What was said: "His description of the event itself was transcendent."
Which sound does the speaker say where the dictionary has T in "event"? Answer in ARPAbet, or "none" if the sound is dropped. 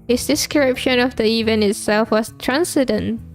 none